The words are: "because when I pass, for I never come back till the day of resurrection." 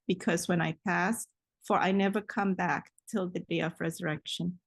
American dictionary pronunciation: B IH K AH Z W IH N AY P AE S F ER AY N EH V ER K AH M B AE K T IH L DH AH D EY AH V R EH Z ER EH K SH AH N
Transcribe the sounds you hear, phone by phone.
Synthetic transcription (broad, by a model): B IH K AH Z W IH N AY P AE S F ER AY N EH V ER K AH M B AE K T IH L DH AH D EY AH V R EH Z ER EH K SH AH N